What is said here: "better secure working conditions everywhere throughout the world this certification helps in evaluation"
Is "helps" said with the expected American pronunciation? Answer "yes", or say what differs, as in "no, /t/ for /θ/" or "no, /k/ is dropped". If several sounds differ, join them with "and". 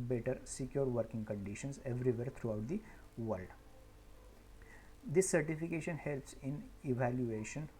yes